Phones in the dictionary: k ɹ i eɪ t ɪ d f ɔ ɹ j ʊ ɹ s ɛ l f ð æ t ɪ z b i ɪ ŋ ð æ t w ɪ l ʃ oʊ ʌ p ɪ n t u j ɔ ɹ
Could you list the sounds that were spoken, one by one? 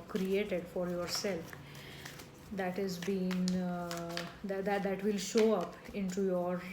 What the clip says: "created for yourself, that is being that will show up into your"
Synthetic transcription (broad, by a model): k ɹ i eɪ t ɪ d f ɔ ɹ j ʊ ɹ s ɛ l f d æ t ɪ z b i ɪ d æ t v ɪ l ʃ oʊ ʌ p ɪ n t u j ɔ ɹ